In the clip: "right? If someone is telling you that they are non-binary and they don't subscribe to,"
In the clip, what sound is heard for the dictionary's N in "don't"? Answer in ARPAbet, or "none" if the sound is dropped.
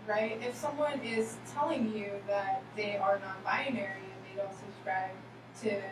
L